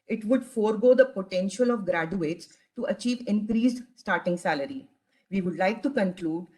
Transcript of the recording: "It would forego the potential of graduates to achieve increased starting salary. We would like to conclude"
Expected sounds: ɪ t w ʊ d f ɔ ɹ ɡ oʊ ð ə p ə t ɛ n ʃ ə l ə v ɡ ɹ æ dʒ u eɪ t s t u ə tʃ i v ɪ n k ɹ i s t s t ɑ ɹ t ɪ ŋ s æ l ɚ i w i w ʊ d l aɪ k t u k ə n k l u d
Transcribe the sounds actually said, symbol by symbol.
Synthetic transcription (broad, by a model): ɪ t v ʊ d f ɔ ɹ ɡ oʊ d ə p ə t ɛ n ʃ ə l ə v ɡ ɹ æ dʒ u eɪ t s t u ə tʃ i v ɪ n k ɹ i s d s t ɑ ɹ t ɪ ŋ s æ l ɚ i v i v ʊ d l aɪ k t u k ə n k l u d